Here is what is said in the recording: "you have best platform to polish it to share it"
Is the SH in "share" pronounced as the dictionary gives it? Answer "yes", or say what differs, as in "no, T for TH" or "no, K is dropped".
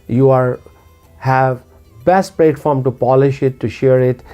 yes